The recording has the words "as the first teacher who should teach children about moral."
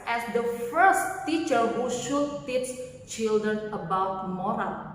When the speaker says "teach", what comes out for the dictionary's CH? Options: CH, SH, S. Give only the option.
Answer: S